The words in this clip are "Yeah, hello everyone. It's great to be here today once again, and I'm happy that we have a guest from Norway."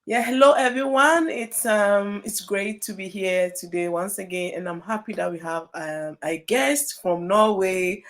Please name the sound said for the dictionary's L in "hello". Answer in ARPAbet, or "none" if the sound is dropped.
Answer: L